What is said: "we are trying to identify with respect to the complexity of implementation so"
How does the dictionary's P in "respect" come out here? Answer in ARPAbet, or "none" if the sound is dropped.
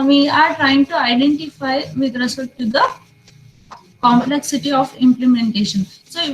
none